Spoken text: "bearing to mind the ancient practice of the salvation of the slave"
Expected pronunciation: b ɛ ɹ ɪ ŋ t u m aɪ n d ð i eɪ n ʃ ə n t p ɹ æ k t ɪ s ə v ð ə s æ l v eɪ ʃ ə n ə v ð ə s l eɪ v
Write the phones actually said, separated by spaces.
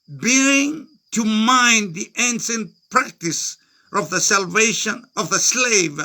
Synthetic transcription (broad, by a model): b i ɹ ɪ ŋ t u m aɪ n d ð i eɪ n s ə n p ɹ æ k t ɪ s ə v ð ə s æ l v eɪ ʃ ə n ə v ð ə s l eɪ v